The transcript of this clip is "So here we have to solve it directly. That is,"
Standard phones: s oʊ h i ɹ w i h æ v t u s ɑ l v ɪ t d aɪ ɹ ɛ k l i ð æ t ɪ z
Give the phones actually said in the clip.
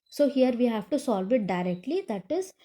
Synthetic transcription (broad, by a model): s oʊ h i ɹ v i h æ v t u s ɑ l v ɪ t d aɪ ɹ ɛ k l i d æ t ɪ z